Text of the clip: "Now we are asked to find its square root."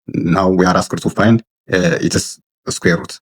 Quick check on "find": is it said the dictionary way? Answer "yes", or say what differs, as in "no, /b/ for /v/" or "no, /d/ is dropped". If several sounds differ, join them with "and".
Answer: no, /d/ is dropped